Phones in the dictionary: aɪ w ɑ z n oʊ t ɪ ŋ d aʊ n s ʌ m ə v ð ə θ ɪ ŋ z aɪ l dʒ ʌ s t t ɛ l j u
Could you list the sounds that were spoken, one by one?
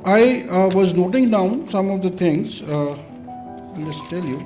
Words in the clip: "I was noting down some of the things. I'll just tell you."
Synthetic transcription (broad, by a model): aɪ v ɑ z n oʊ t ɪ ŋ d aʊ n s ʌ m ə v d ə t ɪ ŋ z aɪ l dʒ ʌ s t t ɛ l j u